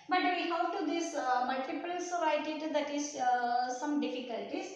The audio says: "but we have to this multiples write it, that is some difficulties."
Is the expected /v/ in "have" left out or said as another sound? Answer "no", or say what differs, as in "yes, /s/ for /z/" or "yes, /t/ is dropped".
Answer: yes, /w/ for /v/